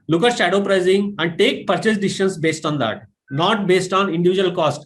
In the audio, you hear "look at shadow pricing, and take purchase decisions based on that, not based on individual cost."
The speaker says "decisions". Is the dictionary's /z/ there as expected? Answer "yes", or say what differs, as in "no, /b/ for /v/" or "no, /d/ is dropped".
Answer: no, /s/ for /z/